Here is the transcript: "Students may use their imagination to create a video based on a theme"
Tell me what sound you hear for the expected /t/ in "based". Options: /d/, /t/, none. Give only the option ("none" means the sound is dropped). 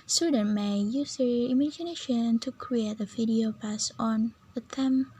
none